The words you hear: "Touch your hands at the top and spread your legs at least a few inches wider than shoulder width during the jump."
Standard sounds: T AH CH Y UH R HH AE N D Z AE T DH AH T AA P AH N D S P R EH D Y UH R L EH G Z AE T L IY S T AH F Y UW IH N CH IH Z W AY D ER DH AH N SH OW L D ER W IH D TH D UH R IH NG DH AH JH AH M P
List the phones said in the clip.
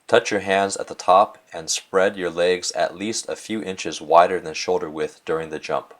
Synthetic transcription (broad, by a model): T AH CH Y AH R HH AE N D Z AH T DH AH T AA P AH N S P R EH D Y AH R L EH G Z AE T L IY S T AH F Y UW IH N CH IH Z W AY D ER DH AH N SH OW L D ER W IH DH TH D UH R IH NG DH AH JH AH M P